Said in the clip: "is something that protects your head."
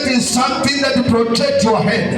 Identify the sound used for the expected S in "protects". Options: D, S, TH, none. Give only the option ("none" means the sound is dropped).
none